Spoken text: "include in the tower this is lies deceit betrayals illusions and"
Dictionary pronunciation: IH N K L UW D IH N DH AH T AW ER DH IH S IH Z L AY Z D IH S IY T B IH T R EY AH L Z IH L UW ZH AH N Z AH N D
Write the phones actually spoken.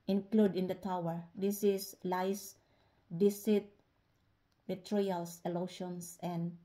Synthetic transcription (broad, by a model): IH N K L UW D IH N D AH T AW ER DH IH S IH S L AY S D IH S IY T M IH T R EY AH L S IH L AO SH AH N S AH N D